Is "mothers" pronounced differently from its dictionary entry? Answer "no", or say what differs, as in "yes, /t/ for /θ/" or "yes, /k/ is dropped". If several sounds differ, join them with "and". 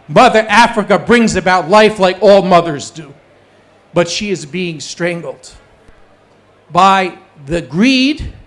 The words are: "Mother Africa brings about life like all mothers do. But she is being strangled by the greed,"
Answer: no